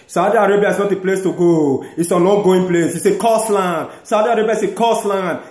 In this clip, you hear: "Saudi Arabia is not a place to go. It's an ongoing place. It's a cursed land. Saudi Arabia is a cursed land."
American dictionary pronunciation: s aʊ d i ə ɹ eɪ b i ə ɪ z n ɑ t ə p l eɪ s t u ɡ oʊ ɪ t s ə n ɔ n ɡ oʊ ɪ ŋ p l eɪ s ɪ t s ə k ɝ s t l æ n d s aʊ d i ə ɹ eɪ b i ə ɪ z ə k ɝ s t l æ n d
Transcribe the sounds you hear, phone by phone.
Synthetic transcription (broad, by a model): s aʊ d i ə ɹ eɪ b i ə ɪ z n ɑ t ə p l eɪ s t u ɡ oʊ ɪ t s ə n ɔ ɡ oʊ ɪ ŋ p l eɪ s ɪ s ə k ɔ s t l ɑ n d s aʊ d i ə ɹ eɪ b i ə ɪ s ə k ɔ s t l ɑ n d